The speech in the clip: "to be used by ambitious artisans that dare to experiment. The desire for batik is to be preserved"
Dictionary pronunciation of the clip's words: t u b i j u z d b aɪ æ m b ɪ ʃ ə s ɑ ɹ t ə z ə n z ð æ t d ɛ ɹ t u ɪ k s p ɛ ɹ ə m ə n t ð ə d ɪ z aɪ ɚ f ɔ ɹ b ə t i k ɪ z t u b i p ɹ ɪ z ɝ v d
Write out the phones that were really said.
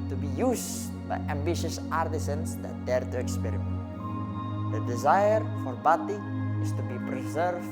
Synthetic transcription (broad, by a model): t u b i j u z b aɪ æ m b ɪ ʃ ə s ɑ ɹ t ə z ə n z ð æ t d ɛ ɹ t u ɪ k s p ɛ ɹ ə m ə n t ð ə d ɪ z aɪ ɚ f ɔ ɹ b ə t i ɪ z t u b i p ɹ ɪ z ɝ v